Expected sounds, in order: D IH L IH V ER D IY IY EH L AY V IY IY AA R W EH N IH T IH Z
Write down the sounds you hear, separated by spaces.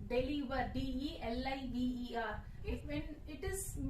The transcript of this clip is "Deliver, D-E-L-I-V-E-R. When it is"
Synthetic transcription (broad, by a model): D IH L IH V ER D IY IY EH L AY B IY IY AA R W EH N IH T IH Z